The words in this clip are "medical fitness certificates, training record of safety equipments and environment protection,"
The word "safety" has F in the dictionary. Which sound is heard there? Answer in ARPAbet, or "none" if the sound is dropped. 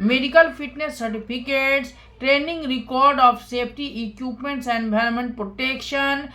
P